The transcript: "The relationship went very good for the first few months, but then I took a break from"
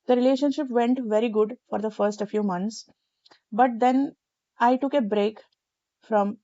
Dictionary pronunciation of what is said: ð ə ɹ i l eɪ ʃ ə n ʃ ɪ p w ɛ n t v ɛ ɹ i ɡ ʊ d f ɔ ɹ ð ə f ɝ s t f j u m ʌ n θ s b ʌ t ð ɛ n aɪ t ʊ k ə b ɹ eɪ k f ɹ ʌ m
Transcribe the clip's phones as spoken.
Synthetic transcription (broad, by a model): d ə ɹ i l eɪ ʃ ə n ʃ ɪ p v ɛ n t v ɛ ɹ i ɡ ʊ d f ɔ ɹ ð ə f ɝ s t f j u m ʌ n t s b ʌ t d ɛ n aɪ t ʊ k ə b ɹ eɪ k f ɹ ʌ m